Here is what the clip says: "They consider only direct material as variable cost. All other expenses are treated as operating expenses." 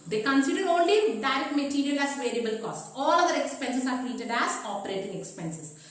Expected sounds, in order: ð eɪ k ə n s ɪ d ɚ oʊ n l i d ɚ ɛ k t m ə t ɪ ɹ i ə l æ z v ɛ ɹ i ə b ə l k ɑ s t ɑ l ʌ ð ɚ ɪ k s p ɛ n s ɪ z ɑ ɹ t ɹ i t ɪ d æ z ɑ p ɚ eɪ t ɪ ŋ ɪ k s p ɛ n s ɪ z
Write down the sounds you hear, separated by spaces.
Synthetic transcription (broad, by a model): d eɪ k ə n s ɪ d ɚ oʊ n l i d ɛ t m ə t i ɹ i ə l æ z v ɛ ɹ i ə b ə l k ɑ s t ɑ l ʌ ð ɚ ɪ k s p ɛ n s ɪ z ɑ ɹ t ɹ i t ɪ d æ z ɑ p ɚ eɪ t ɪ ŋ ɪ k s p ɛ n s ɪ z